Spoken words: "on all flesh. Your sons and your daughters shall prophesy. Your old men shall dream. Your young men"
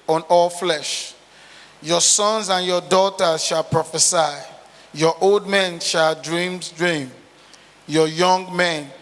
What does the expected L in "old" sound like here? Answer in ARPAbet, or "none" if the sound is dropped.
L